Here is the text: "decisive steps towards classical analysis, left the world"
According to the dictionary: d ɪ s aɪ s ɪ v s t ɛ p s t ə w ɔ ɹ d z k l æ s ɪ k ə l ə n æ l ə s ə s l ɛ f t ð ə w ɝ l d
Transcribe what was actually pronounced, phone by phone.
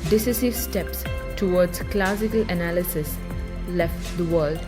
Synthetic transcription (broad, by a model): d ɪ s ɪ s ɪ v s t ɛ p s t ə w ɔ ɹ d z k l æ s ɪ k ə l ə n æ l ə s ə s l ɛ f t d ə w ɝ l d